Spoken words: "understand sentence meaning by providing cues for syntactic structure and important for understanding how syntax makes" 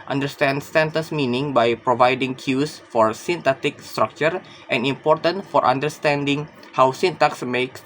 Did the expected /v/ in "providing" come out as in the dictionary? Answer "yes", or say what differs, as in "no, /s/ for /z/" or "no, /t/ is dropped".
yes